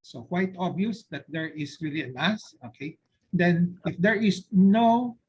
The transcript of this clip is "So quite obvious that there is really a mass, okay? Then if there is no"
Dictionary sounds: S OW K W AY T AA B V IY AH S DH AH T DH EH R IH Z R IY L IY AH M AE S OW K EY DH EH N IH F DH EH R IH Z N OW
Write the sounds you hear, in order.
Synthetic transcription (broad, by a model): S OW K W AY T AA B IY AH S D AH T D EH R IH S R IY L IY AH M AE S OW K EY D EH N IH F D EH R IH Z N OW